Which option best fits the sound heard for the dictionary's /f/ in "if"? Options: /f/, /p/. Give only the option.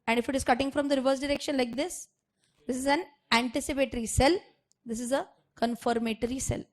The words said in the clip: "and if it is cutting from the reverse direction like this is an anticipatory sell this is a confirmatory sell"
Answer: /f/